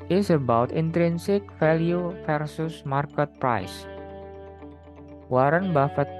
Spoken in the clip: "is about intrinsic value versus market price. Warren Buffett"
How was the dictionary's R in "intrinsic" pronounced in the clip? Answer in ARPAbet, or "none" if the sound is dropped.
R